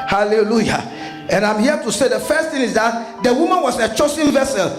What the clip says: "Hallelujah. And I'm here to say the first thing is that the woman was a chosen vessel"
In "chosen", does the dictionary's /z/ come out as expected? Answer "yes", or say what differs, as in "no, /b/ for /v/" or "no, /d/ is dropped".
no, /s/ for /z/